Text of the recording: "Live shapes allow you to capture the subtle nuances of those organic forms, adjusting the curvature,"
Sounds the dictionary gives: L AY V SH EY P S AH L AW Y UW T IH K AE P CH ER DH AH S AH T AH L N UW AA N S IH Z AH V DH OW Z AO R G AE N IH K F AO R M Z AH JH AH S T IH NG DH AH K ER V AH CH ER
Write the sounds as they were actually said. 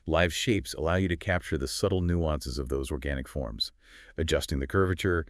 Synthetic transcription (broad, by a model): L AY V SH EY P S AH L AW Y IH T IH K AE P CH ER DH AH S AH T L N UW AA N S IH Z AH V DH OW Z AO R G AE N IH K F AO R M Z AH JH AH S T IH NG DH AH K ER V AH CH ER